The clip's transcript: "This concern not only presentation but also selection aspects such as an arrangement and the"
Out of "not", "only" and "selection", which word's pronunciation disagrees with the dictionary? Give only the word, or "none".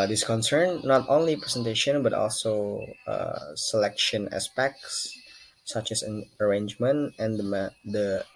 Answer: none